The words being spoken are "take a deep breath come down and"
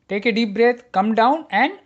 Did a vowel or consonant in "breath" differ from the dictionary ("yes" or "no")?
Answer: yes